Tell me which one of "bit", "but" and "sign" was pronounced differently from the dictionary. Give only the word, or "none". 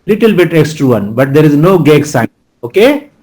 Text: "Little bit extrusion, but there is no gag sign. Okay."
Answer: sign